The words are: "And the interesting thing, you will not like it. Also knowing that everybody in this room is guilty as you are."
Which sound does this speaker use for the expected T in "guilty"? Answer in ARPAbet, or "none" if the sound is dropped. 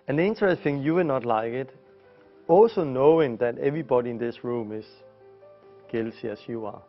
S